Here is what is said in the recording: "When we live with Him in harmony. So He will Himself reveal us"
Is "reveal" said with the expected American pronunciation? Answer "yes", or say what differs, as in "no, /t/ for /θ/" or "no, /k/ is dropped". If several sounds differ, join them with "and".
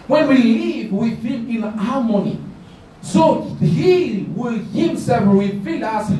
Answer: no, /w/ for /ɹ/ and /f/ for /v/